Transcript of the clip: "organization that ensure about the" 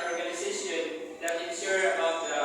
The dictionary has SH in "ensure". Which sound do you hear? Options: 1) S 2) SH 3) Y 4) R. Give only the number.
1